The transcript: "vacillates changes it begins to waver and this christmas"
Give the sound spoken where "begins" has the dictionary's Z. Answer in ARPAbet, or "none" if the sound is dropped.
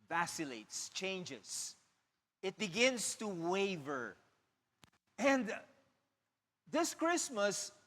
S